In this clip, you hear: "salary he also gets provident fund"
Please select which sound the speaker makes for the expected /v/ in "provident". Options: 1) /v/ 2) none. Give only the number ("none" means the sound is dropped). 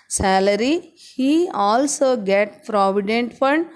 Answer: 1